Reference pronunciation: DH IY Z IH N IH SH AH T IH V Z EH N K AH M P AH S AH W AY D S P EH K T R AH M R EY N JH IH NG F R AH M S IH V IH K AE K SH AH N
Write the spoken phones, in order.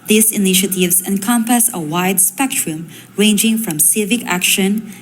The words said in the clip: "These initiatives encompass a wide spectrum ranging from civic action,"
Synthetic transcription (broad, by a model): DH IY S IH N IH SH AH T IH V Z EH N K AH M P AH S AH W AY D S P EH K T R AH M R EY N JH IH NG F R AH M S IH V IH K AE K SH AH N